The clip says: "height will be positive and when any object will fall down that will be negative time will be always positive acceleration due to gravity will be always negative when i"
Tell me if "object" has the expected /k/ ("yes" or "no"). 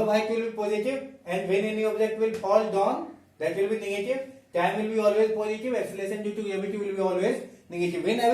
no